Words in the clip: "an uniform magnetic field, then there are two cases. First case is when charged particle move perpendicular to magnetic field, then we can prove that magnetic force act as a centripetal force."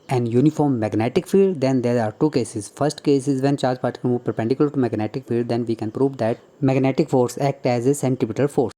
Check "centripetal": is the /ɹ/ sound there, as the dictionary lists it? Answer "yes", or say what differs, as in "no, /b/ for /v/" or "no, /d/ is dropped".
no, /ɹ/ is dropped